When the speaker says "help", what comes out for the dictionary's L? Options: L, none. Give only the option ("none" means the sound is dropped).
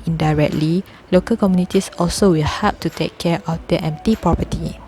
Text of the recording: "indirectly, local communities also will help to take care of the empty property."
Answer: none